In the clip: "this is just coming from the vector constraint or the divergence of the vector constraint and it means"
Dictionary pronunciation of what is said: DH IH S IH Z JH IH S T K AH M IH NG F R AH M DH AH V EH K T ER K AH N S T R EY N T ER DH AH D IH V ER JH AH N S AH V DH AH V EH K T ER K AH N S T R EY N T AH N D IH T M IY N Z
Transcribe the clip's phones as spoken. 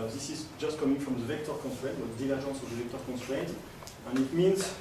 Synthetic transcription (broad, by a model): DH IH S IH Z JH IH S T K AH M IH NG F R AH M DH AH V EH K T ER K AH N S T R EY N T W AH D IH V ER ZH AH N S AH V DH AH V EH K T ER K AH N S T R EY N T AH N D IH T M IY N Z